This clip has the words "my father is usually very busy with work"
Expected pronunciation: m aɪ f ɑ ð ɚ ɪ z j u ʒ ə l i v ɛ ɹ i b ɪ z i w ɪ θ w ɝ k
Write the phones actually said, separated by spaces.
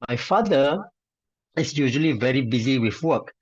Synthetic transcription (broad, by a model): m aɪ f ɑ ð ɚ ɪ s j u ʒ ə l i v ɛ ɹ i b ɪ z i w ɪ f w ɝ k